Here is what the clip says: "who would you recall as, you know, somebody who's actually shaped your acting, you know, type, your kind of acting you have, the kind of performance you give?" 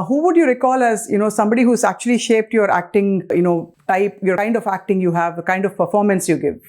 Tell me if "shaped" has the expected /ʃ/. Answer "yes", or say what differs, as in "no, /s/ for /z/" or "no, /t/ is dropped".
yes